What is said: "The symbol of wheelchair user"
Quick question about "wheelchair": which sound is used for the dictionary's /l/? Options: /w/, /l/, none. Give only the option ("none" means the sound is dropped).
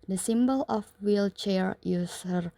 /l/